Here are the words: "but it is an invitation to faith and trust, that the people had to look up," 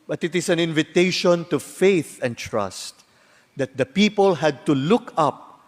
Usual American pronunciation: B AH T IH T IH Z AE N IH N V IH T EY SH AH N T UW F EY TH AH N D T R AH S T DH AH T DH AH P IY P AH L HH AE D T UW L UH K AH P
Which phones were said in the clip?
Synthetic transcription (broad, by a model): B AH T IH T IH S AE N IH N V IH T EY SH AH N T UW F EY TH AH N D T R AH S T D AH T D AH P IY P AH L HH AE D T UW L UH K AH P